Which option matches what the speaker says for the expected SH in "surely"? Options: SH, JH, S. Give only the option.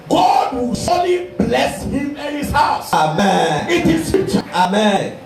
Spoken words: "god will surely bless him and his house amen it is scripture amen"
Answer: S